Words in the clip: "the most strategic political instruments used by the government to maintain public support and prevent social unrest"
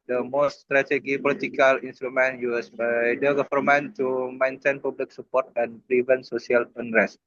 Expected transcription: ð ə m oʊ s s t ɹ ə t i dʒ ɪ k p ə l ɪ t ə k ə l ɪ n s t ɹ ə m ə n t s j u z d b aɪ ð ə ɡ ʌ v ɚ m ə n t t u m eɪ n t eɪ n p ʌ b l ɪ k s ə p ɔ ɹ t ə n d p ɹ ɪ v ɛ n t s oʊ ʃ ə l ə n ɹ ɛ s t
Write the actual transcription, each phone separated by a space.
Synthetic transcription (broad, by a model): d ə m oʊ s s t ɹ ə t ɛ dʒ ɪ p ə l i t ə k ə l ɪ n s t ɹ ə m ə n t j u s b aɪ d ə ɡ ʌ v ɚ m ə n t t u m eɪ n t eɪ n p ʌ b l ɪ k s ə p ɔ ɹ t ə n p ɹ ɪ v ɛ n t s oʊ s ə l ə n ɹ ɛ s t